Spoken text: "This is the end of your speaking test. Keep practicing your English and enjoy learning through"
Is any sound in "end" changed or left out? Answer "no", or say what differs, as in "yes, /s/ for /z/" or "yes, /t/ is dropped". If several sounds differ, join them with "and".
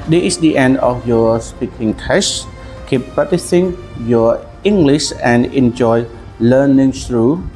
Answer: no